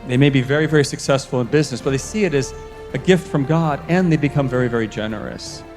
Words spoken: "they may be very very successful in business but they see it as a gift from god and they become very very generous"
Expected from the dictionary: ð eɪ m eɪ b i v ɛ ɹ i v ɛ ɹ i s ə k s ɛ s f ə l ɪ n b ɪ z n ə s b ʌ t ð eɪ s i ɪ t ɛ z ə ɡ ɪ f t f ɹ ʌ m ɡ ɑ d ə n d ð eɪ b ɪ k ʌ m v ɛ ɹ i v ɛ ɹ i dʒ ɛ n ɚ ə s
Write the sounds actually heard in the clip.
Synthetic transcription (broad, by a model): ð eɪ m eɪ b i v ɛ ɹ i v ɛ ɹ i s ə k s ɛ s f l ɪ n b ɪ z n ə s b ʌ t ð eɪ s i ɪ t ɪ z ə ɡ ɪ f t f ɹ ʌ m ɡ ɑ d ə n ð eɪ b ɪ k ʌ m v ɛ ɹ i v ɛ ɹ i dʒ ɛ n ɚ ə s